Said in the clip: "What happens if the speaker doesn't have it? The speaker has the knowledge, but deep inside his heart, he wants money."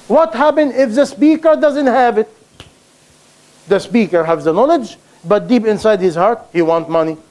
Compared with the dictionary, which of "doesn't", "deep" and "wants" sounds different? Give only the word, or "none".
wants